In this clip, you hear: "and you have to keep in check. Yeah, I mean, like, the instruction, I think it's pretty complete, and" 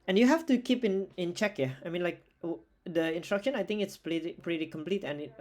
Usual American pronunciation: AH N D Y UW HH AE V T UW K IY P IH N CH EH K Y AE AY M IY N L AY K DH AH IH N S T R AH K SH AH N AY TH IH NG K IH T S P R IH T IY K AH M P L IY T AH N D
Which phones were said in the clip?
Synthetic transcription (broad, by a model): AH N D Y UW HH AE F T UW K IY P IH N CH EH K Y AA AY M IY N L AY K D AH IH N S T R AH K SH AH N AY T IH NG K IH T S P R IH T IY K AH M P L IY T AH N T